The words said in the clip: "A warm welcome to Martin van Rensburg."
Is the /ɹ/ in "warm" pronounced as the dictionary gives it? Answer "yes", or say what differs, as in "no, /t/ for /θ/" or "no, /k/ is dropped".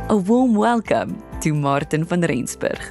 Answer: no, /l/ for /ɹ/